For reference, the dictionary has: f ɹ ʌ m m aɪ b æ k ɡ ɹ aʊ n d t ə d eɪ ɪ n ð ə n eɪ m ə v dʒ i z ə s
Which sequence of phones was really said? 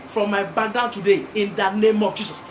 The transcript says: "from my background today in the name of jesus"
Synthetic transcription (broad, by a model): f ɹ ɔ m m aɪ b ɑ ɡ aʊ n t ə d eɪ ɪ n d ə n eɪ m ə v dʒ i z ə s